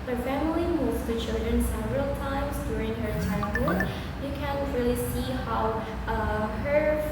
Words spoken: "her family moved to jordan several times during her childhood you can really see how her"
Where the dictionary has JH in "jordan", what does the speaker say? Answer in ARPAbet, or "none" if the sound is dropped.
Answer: CH